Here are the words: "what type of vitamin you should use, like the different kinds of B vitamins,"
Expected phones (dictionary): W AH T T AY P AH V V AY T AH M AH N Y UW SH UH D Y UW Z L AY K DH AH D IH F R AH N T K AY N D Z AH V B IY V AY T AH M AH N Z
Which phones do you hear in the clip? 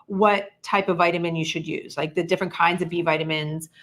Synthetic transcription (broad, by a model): W AH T T AY P AH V V AY T AH M AH N Y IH SH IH D Y UW Z L AY K DH AH D IH F R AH N K AY N D Z AH V B IY V AY T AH M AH N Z